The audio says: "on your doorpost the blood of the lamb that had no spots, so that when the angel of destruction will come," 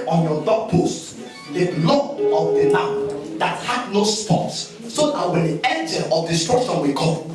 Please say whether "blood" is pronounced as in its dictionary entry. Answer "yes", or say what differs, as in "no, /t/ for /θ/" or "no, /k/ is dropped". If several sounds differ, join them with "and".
no, /d/ is dropped